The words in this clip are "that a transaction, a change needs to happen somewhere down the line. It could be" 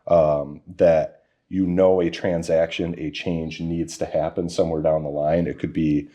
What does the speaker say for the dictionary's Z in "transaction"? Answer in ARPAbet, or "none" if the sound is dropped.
Z